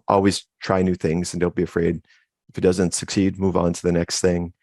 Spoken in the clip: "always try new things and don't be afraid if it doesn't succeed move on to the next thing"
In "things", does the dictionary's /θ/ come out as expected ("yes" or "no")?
yes